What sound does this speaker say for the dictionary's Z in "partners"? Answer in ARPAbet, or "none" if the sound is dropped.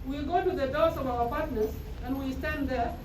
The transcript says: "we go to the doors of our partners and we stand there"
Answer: S